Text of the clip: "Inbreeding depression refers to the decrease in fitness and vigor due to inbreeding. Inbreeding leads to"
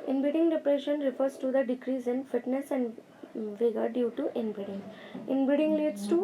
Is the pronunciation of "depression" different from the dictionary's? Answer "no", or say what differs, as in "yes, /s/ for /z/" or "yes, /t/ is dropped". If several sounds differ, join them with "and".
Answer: no